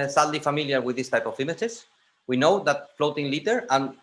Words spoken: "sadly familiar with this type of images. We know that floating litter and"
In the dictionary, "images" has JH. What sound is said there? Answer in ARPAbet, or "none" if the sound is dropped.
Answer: CH